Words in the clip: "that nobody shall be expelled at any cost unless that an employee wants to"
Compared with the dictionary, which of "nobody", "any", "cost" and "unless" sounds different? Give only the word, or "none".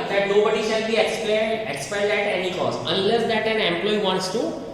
cost